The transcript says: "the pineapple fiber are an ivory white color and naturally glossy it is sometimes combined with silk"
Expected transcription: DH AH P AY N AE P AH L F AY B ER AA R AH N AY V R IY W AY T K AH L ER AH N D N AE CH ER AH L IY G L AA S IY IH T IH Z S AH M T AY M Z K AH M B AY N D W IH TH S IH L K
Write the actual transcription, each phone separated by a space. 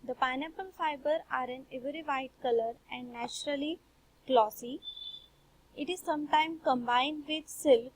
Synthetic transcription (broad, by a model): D AH P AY N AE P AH L F AY B ER AA R AH N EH V R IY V AY T K AH L ER AH N D N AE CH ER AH L IY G L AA S IY IH T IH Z S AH M T AY M K AH M B AY N D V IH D S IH L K